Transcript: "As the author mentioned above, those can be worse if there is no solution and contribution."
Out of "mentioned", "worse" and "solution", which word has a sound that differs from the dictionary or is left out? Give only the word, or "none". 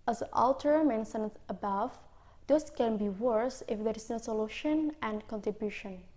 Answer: mentioned